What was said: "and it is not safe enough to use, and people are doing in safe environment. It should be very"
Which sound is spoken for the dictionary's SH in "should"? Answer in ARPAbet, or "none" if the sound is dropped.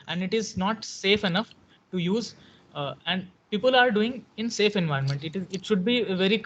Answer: SH